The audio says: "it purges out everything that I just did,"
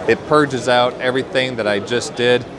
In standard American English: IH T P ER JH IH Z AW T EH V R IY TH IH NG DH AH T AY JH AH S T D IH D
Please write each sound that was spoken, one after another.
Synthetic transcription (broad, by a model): IH T P ER JH IH Z AW T EH V R IY TH IH NG DH AH T AY JH AH S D IH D